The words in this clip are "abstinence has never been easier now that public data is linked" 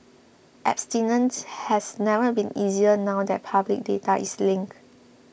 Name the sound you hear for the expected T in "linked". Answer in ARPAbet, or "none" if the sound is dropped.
none